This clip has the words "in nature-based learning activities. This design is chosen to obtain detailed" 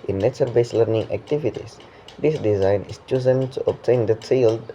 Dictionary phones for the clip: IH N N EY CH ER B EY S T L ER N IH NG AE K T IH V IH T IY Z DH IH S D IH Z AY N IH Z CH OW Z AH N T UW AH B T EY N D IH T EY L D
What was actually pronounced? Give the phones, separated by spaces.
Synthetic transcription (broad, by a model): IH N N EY S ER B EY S L ER N IH NG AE K T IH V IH T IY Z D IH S D IH Z AY N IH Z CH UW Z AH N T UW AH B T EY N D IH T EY L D